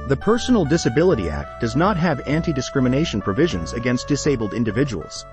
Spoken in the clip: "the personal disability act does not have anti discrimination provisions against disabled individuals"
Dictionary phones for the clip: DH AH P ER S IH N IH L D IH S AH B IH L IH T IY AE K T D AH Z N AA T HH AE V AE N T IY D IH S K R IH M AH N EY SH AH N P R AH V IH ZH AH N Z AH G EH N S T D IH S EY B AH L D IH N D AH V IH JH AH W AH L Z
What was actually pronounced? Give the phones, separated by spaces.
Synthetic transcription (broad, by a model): DH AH P ER S N L D IH S AH B IH L IH T IY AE K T D AH Z N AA T HH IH V AE N T IY D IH S K R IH M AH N EY SH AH N P R AH V IH ZH AH N Z AH G EH N S T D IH S EY B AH L D IH N D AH V IH JH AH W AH L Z